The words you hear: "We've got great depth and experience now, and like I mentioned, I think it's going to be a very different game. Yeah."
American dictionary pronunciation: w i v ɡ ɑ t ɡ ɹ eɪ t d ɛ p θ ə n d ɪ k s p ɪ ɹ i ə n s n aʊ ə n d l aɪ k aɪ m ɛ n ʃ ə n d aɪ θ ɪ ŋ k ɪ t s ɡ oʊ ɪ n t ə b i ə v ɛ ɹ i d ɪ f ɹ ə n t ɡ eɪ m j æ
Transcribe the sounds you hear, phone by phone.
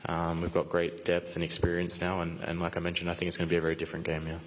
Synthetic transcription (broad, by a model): w i v ɡ ɑ t ɡ ɹ eɪ t d ɛ p θ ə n ɪ k s p ɪ ɹ i ə n s n aʊ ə n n l aɪ k aɪ m ɛ n ʃ ə n d aɪ θ ɪ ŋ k ɪ t s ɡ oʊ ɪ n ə b i ə v ɛ ɹ i d ɪ f ɹ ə n ɡ eɪ m j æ